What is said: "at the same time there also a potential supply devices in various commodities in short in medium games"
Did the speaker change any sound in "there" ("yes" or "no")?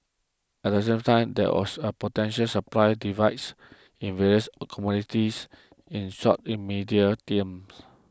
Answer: yes